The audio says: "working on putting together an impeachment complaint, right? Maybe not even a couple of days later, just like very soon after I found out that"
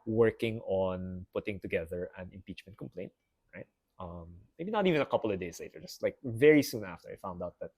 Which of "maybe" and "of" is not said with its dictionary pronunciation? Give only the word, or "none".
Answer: none